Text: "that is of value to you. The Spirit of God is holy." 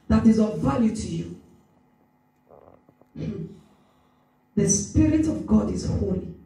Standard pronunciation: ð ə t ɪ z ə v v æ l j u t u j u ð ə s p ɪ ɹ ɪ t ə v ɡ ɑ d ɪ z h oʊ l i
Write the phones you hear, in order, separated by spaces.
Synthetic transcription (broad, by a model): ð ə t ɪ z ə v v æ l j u t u j u ð ə s p ɪ ɹ ɪ t ə v ɡ ɑ d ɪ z h oʊ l i